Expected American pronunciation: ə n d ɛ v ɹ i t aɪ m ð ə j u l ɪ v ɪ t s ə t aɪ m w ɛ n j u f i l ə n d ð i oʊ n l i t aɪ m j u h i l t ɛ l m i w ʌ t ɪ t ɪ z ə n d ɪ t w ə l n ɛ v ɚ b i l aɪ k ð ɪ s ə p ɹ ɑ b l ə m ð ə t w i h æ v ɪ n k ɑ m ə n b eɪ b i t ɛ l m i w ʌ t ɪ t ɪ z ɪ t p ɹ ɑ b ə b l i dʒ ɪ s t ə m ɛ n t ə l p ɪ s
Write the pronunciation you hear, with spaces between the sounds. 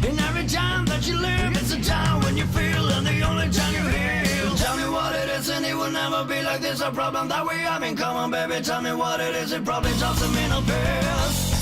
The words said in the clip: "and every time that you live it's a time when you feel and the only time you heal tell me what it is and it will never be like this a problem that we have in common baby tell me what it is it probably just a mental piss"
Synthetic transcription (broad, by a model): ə n ɛ v ɹ i t aɪ m ð ə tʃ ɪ l ɪ v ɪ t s ə t aɪ m w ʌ n j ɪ f i l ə n ð i oʊ n l i t aɪ m j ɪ h i l t ɛ l m i w ʌ t ɪ t ɪ z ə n ɪ t w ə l n ɛ v ɚ b i l aɪ k ð ɪ s ə p ɹ ɑ b l ə m ð ə t w i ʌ b ɪ n k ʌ m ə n b eɪ b i t ɛ l m i w ʌ t ɪ t ɪ z ɪ t p ɹ ɑ b ə b l i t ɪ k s ə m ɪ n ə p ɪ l